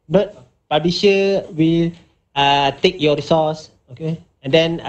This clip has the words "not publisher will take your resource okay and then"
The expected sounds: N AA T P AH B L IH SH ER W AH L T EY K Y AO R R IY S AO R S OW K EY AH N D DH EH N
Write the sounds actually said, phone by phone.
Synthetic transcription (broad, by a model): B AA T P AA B IH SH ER W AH L T EY K Y AO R R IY S AO S OW K EY AH N D EH N